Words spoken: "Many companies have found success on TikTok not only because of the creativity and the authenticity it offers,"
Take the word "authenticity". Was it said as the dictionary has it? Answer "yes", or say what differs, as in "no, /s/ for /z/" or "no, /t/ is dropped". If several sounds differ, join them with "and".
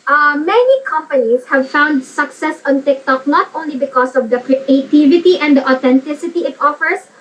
no, /t/ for /θ/